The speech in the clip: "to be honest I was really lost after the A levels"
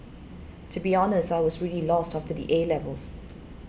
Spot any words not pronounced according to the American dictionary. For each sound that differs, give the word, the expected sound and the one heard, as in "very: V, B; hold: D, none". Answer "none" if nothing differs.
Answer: none